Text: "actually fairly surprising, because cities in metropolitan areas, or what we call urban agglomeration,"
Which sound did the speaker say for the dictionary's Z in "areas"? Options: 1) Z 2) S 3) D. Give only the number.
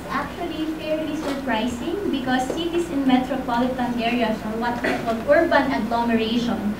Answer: 2